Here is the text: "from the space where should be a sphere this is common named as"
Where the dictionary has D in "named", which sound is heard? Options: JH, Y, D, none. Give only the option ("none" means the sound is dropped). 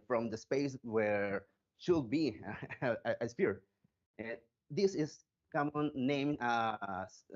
none